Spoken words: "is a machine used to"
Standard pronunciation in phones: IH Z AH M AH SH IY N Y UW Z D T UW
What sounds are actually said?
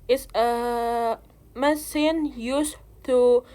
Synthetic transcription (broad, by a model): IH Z AH M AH S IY N Y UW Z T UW